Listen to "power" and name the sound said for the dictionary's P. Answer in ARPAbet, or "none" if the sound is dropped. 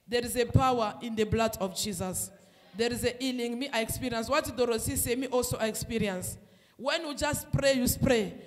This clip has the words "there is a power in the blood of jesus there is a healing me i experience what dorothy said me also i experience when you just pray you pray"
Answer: P